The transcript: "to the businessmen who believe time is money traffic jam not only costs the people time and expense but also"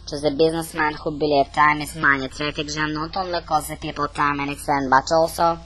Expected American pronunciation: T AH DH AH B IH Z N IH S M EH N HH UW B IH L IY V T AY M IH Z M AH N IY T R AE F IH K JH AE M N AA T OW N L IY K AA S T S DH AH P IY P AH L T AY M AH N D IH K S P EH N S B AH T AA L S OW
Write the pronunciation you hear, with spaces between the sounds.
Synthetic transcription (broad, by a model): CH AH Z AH B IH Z N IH S M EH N HH UW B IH L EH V T AY M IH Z M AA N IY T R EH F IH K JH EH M N AA T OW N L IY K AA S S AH P IY P AH L T AY M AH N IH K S EH N B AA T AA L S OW